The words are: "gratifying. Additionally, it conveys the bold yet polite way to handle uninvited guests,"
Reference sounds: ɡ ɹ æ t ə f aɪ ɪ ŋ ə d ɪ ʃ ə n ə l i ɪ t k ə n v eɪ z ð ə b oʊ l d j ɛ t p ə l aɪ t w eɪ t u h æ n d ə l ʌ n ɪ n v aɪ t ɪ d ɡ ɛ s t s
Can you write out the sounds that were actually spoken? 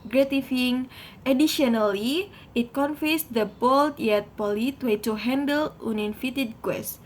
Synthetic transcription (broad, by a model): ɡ ɹ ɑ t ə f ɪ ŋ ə d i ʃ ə n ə l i ɪ t k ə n f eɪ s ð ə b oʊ l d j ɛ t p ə l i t w eɪ t u h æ n d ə l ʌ n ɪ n f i t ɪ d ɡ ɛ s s